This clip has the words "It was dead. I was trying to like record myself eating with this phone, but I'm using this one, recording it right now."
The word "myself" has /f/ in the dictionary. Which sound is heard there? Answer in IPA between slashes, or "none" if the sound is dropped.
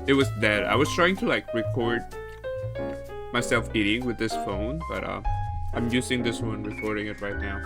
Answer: /f/